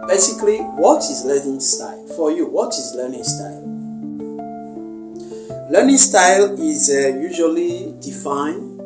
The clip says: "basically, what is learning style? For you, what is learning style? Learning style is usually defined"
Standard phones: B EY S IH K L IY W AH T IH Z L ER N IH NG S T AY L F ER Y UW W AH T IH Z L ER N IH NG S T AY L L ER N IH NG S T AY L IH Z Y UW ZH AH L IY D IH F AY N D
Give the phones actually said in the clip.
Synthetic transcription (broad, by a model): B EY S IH K L IY W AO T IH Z L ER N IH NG S T AY L F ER Y UW W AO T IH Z L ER N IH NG S T AY L L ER N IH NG S T AY L IH Z Y UW ZH AH L IY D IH F AY N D